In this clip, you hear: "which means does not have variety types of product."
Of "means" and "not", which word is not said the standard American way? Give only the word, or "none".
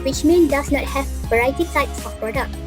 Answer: means